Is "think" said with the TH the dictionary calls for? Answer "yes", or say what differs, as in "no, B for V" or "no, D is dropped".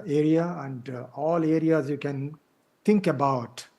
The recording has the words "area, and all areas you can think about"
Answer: no, T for TH